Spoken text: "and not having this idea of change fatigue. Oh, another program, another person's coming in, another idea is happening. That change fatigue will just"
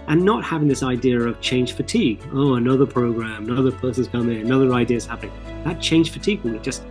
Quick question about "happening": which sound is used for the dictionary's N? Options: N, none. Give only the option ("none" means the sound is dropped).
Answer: none